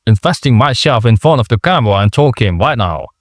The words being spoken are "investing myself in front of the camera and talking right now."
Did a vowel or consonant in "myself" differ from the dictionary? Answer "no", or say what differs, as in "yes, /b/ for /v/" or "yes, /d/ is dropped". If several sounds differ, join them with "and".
yes, /ʃ/ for /s/